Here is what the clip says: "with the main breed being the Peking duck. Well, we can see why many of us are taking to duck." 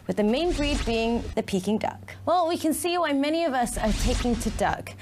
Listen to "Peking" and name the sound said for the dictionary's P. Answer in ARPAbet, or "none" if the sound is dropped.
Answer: P